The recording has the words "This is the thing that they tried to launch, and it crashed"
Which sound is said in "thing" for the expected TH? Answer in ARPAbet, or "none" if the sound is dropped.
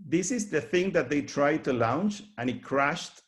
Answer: TH